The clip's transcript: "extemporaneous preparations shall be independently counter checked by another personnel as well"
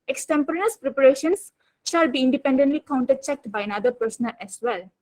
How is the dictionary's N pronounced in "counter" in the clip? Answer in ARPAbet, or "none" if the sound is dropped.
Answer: N